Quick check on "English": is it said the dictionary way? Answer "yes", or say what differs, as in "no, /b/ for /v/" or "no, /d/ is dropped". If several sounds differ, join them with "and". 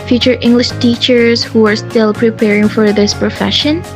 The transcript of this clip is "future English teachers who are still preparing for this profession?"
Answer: yes